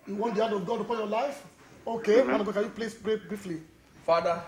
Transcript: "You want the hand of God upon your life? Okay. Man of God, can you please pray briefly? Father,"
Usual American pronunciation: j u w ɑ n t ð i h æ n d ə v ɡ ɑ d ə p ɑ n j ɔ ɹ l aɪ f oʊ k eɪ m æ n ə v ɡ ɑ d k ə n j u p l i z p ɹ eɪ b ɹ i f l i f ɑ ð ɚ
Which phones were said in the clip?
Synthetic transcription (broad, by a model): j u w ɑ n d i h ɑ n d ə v ɡ ɑ d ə p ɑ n j ɔ l aɪ f oʊ k eɪ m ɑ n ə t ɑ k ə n j u p l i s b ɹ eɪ b ɹ i f l i f ɑ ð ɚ